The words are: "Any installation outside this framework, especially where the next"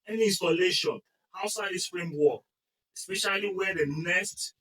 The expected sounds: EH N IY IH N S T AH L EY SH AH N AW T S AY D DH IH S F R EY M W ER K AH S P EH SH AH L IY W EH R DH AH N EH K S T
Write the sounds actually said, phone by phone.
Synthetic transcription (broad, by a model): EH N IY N S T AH L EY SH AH N AW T S AY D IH S P R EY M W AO AH S P EH SH AH L IY W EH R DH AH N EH S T